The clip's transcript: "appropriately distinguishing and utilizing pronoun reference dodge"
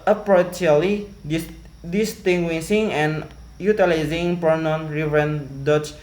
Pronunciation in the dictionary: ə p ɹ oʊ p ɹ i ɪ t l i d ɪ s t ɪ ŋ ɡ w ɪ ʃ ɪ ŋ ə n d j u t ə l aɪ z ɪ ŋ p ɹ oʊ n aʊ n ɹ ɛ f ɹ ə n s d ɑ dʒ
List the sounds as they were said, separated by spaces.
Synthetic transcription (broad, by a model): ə p ɹ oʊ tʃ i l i d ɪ s t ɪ ŋ ɡ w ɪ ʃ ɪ ŋ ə n j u t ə l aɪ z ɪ ŋ p oʊ n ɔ n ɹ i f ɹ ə n d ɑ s